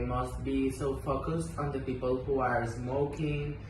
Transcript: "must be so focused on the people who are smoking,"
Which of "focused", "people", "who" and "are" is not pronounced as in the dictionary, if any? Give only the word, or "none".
none